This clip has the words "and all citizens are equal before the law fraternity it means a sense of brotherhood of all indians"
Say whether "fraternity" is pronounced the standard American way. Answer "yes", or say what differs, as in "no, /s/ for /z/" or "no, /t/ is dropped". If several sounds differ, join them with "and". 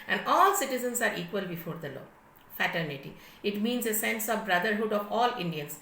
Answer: no, /ɹ/ is dropped